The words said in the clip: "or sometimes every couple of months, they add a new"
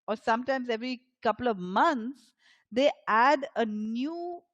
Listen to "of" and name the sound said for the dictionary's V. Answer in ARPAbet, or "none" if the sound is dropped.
V